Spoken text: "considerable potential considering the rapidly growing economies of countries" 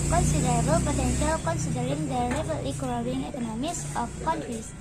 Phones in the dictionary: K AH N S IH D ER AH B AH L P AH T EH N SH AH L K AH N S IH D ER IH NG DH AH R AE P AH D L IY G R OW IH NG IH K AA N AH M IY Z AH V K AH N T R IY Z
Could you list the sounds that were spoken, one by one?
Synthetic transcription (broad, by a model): K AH N S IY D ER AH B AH L P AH T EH N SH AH L K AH N S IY D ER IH NG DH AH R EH B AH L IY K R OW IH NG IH K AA N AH M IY S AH F K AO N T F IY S